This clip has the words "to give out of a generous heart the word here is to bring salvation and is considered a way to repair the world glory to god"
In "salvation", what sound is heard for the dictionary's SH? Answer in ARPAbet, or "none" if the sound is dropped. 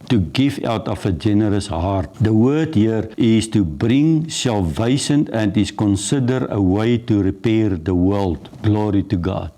S